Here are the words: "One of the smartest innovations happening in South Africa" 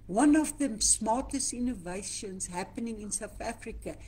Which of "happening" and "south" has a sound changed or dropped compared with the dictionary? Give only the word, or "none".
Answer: none